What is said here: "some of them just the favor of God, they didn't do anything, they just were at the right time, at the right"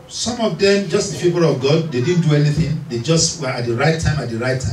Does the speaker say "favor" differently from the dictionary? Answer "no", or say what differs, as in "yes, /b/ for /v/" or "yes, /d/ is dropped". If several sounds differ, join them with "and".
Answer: yes, /p/ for /f/ and /p/ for /v/